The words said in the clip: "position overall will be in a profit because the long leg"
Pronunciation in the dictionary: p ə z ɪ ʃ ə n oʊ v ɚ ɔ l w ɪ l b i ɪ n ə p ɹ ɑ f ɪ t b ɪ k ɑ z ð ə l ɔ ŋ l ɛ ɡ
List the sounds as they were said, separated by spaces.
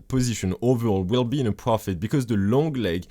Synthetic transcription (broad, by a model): p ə z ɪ ʃ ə n oʊ v ɚ ɔ l w ɪ l b i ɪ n ə p ɹ ɑ f ɪ t b ɪ k ɑ z ð ə l ɔ ŋ l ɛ ɡ